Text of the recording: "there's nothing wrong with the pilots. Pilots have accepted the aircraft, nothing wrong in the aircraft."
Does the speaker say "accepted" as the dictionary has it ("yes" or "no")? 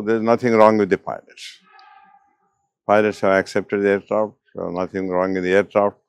yes